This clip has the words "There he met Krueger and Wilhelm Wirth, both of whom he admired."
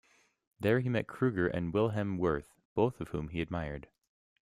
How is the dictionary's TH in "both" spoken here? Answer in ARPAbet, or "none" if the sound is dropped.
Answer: TH